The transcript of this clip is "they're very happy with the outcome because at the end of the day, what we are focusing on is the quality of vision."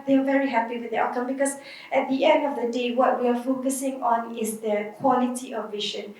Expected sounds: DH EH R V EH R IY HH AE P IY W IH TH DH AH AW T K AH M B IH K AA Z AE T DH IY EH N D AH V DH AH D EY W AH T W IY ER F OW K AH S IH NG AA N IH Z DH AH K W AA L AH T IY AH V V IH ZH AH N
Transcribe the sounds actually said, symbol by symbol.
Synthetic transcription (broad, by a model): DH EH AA V EH R IY HH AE P IY W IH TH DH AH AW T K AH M B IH K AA S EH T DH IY EH N D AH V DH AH D EY W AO T W IY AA F OW K AH S IH NG AA N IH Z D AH K W AA L AH T IY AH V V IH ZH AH N